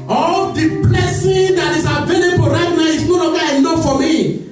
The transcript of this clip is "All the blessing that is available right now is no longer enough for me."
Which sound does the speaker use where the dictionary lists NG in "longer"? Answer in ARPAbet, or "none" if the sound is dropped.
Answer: none